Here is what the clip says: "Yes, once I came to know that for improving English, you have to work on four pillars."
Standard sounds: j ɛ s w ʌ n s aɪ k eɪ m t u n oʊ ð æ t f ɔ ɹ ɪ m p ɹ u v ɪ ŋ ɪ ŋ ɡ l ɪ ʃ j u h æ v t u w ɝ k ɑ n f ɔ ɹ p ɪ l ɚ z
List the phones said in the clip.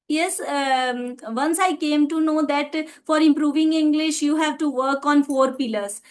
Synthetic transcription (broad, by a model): j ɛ s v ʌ n s aɪ k eɪ m t u n oʊ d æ t f ɔ ɹ ɪ m p ɹ u v ɪ ŋ ɪ ŋ ɡ l ɪ ʃ j u h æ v t u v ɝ k ɑ n f ɔ ɹ p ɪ l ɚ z